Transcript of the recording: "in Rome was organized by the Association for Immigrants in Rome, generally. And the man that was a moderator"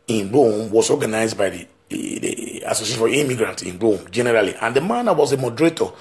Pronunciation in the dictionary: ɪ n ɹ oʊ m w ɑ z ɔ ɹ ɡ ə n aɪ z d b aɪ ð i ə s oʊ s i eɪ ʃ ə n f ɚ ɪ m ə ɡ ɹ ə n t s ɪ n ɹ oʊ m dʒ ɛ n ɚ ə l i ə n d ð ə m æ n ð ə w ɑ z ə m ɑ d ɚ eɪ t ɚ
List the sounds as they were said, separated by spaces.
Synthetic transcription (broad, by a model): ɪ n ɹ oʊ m w ɑ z ɔ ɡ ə n aɪ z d b aɪ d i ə s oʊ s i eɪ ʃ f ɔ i m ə ɡ ɹ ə n t ɪ n ɹ oʊ m dʒ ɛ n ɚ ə l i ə n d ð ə m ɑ n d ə w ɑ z ə m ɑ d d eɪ t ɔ